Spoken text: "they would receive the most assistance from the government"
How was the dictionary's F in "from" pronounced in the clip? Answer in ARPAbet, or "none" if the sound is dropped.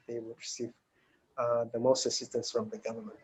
F